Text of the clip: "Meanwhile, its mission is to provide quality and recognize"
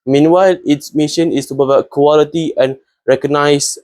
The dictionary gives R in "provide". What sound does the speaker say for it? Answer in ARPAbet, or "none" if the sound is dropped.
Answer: none